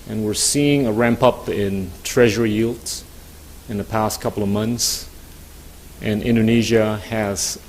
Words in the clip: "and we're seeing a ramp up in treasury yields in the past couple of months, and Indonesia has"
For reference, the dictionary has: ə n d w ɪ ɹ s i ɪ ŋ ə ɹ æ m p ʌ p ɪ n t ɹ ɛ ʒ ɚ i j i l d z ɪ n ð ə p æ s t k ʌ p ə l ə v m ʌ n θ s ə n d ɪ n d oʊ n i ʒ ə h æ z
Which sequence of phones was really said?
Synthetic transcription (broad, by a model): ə n w ɪ ɹ s i ɪ ŋ ə ɹ æ m p ʌ p ɪ n t ɹ ɛ ʒ ɚ i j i l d ɪ n ð ə p æ s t k ʌ p l ə v m ʌ n θ s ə n ɪ n d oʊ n i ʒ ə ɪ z